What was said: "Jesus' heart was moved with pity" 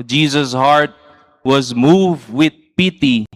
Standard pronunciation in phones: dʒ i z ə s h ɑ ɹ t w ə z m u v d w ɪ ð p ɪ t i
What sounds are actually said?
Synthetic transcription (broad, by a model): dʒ i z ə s h ɑ ɹ t w ə z m u v d w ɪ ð p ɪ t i